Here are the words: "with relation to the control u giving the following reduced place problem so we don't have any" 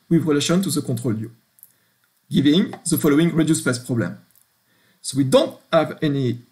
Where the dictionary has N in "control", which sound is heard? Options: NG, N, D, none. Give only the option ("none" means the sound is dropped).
none